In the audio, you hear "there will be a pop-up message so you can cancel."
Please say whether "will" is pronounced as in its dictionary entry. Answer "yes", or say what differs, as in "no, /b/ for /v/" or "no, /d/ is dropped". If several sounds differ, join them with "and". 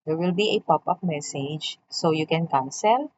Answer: yes